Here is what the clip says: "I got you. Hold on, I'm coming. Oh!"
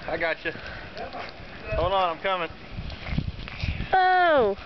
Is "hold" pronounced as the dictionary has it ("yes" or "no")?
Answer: no